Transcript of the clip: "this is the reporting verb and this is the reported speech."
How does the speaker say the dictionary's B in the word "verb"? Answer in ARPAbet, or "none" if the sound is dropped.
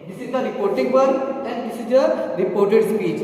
none